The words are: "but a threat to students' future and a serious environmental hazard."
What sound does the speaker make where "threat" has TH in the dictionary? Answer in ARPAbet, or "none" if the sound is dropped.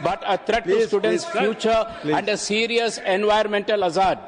T